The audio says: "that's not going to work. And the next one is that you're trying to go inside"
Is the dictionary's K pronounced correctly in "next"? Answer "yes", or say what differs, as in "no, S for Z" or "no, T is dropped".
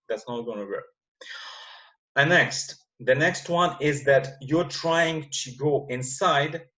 yes